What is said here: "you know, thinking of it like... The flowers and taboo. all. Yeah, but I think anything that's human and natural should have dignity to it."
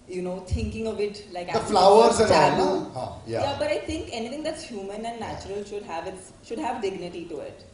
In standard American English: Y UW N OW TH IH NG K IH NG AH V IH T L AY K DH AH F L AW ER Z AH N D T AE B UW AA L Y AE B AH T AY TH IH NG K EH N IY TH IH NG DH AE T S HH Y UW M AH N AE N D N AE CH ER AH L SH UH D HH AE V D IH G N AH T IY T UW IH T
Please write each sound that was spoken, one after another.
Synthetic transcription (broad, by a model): Y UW N OW T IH NG K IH NG AH V IH T L AY K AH F L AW ER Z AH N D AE UW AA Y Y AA B AH T AY T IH NG K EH N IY T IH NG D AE T S HH Y UW M AH N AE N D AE CH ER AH L SH UH D HH AE V D IH G N AH T IY T UW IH T